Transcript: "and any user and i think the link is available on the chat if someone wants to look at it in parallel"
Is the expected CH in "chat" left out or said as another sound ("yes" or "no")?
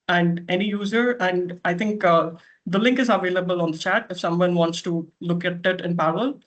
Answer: no